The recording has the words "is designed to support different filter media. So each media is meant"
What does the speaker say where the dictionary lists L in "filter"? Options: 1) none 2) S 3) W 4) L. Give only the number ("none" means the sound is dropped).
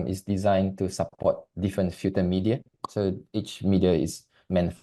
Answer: 1